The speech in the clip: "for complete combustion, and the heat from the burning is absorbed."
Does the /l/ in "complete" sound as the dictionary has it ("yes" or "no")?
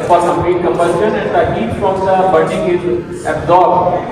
no